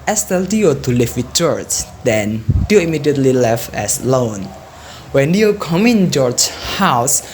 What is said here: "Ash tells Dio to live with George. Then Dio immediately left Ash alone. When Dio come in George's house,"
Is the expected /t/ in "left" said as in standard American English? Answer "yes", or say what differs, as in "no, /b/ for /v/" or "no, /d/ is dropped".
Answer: no, /t/ is dropped